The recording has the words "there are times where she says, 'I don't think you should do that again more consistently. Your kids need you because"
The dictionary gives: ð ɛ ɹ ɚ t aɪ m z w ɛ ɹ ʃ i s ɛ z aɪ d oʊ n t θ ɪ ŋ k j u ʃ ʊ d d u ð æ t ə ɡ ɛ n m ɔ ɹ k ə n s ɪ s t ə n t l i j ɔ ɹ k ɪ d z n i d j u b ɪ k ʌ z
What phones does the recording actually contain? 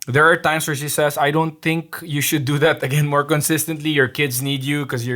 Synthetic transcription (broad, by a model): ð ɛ ɹ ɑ t aɪ m s w ɛ ɹ ʃ i s ɛ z aɪ d oʊ n t θ ɪ ŋ k j u ʃ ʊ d d u ð æ t ə ɡ ɛ n m ɔ ɹ k ə n s ɪ s t ə n t l i j ɔ ɹ k ɪ d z n i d j u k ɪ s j